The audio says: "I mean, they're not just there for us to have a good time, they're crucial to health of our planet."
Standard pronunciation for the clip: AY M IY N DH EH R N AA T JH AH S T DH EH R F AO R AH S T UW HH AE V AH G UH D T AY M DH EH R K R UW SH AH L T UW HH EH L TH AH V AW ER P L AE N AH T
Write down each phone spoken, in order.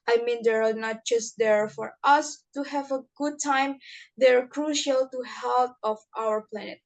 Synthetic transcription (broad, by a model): AY M IY N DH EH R N AA T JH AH S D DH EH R F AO R AH S T UW HH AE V AH G UH D T AY M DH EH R K R UW SH AH L T UW HH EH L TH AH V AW ER P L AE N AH T